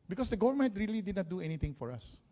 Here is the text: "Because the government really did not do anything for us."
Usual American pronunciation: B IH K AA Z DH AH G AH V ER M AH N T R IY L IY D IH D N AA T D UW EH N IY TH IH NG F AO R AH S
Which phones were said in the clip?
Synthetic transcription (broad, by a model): B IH K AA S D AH G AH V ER M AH N T R IY L IY D IH D N AA T D UW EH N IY T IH NG F AO R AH S